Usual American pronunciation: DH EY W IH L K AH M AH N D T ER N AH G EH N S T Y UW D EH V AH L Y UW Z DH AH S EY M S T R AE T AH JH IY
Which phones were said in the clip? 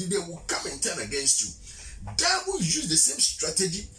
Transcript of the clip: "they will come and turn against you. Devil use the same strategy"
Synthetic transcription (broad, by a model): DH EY W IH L K AH M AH N T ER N AH G EH N S T Y UW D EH W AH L Y UW Z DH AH S EY M S T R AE T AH JH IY